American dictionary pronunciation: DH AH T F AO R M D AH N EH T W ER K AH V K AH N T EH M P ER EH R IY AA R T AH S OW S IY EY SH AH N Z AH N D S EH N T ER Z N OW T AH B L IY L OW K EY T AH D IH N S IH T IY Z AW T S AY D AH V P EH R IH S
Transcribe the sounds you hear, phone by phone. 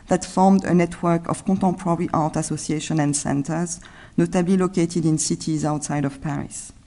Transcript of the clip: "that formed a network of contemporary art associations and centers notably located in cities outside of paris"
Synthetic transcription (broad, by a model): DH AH T F AO R M D AH N EH T W ER K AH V K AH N T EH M P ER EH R IY AA R T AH S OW S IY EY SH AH N AH N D S EH N T ER Z N OW T AH B L IY L OW K EY T AH D IH N S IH T IY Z AW T S AY D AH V P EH R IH S